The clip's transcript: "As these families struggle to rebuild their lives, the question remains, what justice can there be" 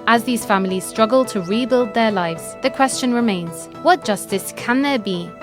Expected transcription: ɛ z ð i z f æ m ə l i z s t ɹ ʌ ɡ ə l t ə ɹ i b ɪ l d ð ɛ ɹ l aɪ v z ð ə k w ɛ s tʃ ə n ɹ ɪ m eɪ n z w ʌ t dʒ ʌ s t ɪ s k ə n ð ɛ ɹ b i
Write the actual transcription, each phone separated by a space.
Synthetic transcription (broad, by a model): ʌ z ð i z f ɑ m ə l i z s t ɹ ʌ ɡ ə l t ə ɹ i b ɪ l d ð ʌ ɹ l aɪ v z ð ə k w ɛ s tʃ ə n ɹ ɪ m eɪ n z w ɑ t dʒ ʌ s t ɪ s k ə n ð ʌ b i